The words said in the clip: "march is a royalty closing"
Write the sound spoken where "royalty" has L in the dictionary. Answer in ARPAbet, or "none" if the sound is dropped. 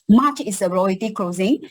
none